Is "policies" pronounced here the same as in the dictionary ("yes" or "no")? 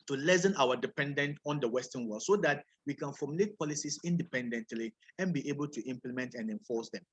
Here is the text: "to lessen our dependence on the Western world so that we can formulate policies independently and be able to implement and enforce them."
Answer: no